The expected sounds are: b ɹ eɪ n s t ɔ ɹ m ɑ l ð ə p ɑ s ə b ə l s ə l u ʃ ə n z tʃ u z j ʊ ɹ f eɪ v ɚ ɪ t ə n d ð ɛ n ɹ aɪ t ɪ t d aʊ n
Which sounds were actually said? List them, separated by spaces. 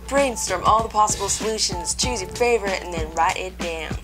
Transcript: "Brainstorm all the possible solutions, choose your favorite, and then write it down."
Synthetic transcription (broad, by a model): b ɹ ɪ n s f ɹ m ɑ l ð ə p ɑ s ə b l s ə l u ʃ ə n z tʃ u z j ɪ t f eɪ v ɚ ɪ t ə n ð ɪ n ɹ aɪ t ɪ t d aʊ n